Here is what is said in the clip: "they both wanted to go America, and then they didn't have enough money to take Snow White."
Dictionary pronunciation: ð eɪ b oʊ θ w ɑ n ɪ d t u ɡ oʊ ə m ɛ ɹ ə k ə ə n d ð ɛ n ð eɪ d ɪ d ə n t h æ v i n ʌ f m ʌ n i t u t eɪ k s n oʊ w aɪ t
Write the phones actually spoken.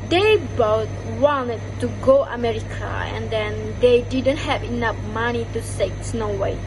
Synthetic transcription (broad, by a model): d eɪ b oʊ t w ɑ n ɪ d t u ɡ oʊ ə m ɛ ɹ ə k ə ə n d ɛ n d eɪ d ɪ d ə n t h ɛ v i n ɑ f m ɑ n i t u s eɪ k s n oʊ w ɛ